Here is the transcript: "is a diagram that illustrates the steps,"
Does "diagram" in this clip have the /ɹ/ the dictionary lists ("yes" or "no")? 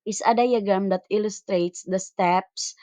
no